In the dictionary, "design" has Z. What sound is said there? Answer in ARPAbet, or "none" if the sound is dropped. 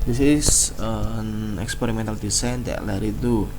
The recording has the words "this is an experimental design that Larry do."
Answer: S